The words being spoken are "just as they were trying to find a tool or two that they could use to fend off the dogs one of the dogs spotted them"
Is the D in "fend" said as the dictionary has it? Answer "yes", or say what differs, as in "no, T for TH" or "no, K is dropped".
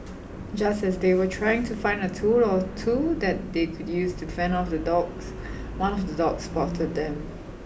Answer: no, D is dropped